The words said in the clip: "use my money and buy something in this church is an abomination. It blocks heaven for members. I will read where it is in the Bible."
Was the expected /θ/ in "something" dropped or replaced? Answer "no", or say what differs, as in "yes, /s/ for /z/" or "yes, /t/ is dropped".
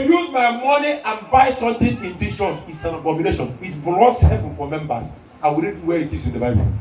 yes, /t/ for /θ/